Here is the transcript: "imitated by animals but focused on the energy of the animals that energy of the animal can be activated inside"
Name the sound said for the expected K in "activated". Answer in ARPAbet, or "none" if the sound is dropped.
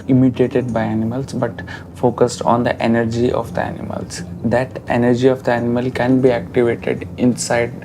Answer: K